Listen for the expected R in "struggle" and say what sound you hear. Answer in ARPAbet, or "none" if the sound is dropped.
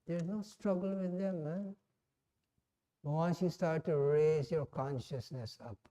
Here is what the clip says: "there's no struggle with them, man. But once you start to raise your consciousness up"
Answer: R